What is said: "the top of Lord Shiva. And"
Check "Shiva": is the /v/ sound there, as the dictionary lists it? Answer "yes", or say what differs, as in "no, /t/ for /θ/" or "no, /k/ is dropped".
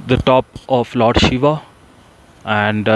yes